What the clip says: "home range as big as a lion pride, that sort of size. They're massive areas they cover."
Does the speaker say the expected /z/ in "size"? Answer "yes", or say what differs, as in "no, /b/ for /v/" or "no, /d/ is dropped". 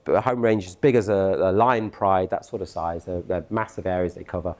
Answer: yes